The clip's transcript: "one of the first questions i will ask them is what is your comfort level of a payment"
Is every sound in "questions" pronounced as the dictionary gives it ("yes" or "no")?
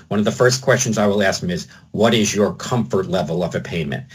yes